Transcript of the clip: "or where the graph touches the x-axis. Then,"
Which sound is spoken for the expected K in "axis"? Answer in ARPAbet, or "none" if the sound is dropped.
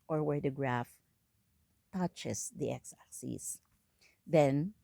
none